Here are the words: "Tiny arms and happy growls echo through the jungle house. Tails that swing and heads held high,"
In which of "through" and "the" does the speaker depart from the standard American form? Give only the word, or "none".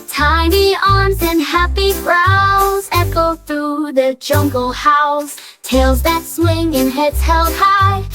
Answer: none